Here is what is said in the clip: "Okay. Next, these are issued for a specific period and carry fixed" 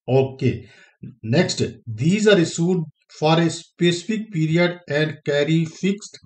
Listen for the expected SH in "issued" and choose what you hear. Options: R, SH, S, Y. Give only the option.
S